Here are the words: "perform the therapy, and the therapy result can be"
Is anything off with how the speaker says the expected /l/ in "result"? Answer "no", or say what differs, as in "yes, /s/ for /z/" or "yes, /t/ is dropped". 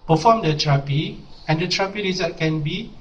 yes, /l/ is dropped